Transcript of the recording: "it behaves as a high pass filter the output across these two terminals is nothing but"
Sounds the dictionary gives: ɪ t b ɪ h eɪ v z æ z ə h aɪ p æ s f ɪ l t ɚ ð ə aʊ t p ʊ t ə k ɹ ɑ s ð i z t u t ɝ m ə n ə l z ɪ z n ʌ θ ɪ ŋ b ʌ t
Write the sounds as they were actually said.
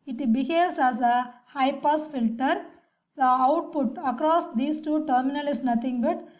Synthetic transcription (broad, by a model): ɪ t b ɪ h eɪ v s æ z ə h aɪ p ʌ s f ɪ l t ɚ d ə aʊ t p ʊ t ə k ɹ ɑ s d i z t u t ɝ m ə n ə l ɪ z n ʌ t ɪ ŋ b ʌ t